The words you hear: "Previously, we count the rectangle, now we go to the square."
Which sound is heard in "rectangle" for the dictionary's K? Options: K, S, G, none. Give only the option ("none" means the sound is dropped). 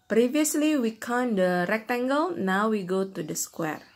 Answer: K